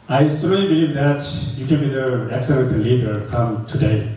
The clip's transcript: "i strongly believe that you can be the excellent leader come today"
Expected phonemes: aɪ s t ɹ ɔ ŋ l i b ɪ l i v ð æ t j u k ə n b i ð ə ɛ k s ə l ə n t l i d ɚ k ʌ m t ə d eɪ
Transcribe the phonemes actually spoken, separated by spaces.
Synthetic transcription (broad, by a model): aɪ s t ɔ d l i b ɪ l i v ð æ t j u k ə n b i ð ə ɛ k s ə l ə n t l i d ɚ k ʌ m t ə d eɪ